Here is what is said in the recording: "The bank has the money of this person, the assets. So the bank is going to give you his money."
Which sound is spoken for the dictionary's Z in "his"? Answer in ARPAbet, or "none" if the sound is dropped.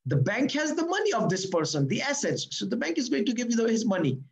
Z